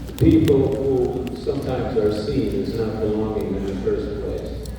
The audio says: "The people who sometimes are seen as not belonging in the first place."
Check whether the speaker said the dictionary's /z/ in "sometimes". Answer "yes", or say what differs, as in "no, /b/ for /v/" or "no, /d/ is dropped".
yes